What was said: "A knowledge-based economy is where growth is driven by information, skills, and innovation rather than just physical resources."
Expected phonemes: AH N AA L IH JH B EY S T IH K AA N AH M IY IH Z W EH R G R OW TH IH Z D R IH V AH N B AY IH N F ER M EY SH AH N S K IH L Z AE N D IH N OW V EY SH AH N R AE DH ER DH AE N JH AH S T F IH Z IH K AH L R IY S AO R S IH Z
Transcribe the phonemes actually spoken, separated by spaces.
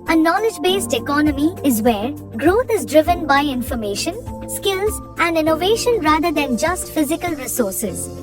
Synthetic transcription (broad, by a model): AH N AA L IH JH B EY S T IH K AA N AH M IY IH Z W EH R G R OW T IH Z D R IH V AH N B AY IH N F ER M EY SH AH N S K IH L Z AE N D IH N OW V EY SH AH N R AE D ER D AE N JH AH S T F IH Z IH K AH L R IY S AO R S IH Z